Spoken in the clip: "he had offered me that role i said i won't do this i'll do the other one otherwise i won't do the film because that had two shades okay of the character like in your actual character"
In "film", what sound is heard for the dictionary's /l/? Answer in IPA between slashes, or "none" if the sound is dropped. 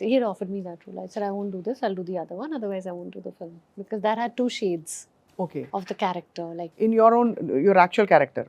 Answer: /l/